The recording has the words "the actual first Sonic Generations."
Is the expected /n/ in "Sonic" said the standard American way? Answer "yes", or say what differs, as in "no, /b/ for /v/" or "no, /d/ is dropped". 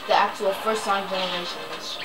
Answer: no, /n/ is dropped